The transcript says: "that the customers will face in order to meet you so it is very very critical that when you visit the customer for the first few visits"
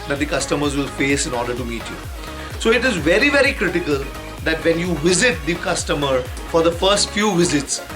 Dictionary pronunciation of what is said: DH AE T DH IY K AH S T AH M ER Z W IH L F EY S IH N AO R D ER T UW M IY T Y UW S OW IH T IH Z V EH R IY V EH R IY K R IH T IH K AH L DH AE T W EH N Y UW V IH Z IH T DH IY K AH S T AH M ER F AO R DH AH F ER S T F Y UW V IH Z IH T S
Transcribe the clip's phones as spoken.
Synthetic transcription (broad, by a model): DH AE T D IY K AH S T AH M ER Z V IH L F EY S IH N AO R D ER T UW M IY T Y UW S OW IH T IH Z V EH R IY V EH R IY K R IH T IH K AH L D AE T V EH N Y UW V IH Z IH T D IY K AH S T AH M ER F AO R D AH F ER S T F Y UW V IH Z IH T S